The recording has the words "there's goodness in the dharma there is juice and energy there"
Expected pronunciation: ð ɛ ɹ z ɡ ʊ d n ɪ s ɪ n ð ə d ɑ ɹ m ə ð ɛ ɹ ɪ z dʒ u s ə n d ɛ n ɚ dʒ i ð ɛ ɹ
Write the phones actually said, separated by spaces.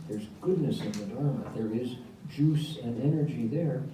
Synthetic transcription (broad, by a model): ð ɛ ɹ z ɡ ʊ d n ɪ s ɪ n ð ə d ɑ ɹ m ə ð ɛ ɹ ɪ z dʒ u s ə n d ɛ n ɚ dʒ i ð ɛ ɹ